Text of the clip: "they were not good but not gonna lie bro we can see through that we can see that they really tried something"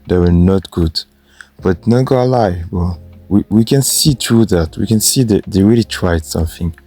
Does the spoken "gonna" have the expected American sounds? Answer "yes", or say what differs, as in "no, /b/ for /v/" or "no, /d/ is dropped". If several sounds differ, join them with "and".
no, /n/ is dropped